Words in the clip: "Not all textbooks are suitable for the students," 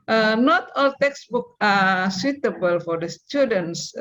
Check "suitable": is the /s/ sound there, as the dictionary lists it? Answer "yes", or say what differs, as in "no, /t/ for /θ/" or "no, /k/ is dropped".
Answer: yes